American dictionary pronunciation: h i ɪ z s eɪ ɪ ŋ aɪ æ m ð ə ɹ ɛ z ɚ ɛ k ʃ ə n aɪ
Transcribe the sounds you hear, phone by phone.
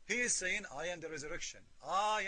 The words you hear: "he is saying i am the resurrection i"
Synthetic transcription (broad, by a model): h i ɪ z s eɪ ɪ ŋ aɪ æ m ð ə ɹ ɛ z ɚ ɛ k ʃ ə n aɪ